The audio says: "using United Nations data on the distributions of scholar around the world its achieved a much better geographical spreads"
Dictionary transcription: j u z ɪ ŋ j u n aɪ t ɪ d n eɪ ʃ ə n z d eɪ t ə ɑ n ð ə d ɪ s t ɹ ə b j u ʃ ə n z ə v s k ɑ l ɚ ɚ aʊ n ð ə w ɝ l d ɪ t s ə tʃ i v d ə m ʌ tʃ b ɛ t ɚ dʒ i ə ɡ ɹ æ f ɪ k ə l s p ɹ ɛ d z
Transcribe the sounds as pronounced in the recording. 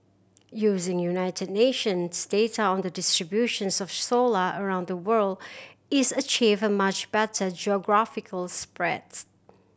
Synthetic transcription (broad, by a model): j u z ɪ ŋ j u n aɪ t ɪ d n eɪ ʃ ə n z d eɪ t ə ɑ n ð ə d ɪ s t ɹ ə b j u ʃ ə n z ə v s ɔ l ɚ ɚ aʊ n ð ə w ɝ l d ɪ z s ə tʃ i v ə m ʌ tʃ b ɛ t ɚ dʒ i ə ɡ ɹ æ f ɪ k ə l s p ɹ ɛ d